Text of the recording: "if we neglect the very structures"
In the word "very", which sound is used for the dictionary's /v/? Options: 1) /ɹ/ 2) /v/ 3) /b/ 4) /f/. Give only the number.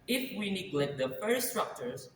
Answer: 4